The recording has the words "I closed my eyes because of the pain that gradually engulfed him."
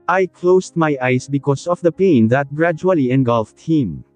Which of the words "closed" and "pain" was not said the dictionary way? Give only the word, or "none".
closed